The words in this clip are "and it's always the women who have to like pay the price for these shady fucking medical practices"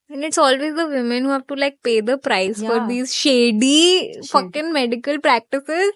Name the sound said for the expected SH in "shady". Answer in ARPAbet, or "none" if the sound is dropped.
SH